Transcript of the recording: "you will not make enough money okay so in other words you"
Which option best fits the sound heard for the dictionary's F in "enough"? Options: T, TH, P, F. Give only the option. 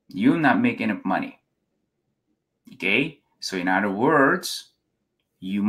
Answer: P